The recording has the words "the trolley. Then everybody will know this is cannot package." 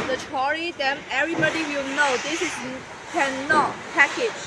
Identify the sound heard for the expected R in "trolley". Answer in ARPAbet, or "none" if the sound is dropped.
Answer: none